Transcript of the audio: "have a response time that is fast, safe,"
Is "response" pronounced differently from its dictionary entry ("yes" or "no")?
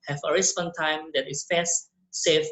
yes